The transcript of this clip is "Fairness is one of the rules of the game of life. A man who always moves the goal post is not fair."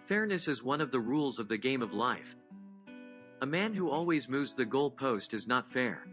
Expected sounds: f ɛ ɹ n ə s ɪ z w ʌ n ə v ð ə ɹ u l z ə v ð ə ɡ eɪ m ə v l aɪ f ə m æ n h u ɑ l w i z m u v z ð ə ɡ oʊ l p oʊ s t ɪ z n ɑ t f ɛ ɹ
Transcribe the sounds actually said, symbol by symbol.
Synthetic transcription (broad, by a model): f ɛ ɹ n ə s ɪ z w ʌ n ə v ð ə ɹ u l z ə v ð ə ɡ eɪ m ə v l aɪ f ə m æ n h u ɑ l w i z m u v z ð ə ɡ oʊ l p oʊ s t ɪ z n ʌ t f ɛ ɹ